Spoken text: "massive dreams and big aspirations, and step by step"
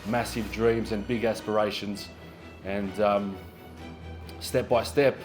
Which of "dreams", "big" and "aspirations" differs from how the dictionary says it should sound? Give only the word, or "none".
none